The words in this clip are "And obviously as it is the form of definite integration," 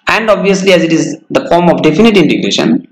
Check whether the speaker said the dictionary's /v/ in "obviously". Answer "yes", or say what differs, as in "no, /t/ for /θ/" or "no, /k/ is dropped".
yes